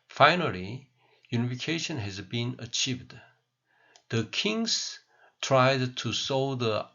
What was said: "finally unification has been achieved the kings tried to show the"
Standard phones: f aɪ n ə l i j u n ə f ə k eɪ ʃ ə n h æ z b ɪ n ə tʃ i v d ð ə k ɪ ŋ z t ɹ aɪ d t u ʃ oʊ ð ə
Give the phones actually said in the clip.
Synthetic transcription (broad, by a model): f aɪ n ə l i j u n ə f ə k eɪ ʃ ə n h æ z b ɪ n ə tʃ i v d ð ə k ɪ ŋ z t ɹ aɪ d t u s oʊ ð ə